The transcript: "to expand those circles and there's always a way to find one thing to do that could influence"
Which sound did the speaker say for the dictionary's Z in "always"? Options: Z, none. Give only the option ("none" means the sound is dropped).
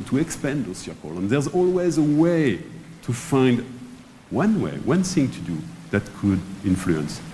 Z